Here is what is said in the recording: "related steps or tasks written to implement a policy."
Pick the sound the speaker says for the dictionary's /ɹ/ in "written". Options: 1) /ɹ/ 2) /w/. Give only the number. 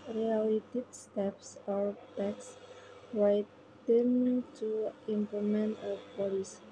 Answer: 2